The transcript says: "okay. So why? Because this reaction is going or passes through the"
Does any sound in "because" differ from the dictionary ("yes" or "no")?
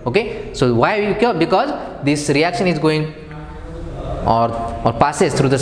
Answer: no